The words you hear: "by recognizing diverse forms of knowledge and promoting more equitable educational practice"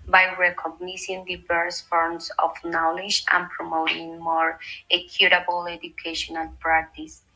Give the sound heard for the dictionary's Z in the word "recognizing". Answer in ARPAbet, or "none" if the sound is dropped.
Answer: S